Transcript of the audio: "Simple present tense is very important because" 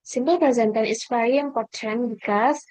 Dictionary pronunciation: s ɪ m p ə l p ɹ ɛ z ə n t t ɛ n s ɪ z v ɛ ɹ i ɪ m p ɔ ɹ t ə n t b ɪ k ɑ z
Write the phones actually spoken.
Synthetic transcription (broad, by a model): s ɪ m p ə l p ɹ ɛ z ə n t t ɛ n ɪ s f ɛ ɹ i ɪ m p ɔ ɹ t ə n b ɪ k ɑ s